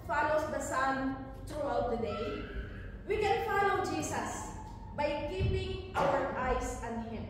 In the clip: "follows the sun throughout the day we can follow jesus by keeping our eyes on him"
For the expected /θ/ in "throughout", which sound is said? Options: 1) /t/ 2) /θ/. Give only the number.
1